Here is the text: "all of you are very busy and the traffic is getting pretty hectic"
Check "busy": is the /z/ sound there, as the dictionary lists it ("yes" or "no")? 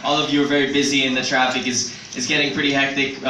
yes